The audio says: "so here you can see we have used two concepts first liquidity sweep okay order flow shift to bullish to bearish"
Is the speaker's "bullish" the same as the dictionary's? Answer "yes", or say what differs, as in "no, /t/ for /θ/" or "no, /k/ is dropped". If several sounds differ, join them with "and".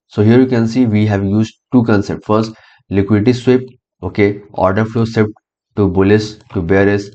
no, /s/ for /ʃ/